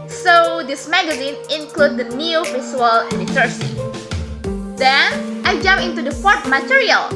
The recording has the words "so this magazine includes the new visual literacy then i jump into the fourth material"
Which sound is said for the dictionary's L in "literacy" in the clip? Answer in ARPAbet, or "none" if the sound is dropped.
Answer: N